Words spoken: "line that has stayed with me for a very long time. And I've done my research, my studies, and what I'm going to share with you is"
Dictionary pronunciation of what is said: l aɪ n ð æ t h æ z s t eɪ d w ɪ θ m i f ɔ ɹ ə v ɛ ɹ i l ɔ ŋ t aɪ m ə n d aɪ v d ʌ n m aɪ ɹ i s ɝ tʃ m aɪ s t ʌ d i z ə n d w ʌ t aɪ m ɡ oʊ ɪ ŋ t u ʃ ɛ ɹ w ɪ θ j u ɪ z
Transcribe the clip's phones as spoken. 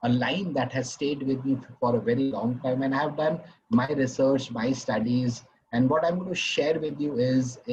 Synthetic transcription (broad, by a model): l aɪ n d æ t h æ z s t eɪ d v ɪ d m i f ɔ ɹ ə v ɛ ɹ i l ɔ ŋ t aɪ m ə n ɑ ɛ v d ʌ n m aɪ ɹ i s ɝ tʃ m aɪ s t ʌ d i z ə n d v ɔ t aɪ m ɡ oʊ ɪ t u ʃ ɛ ɹ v ɪ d j u ɪ z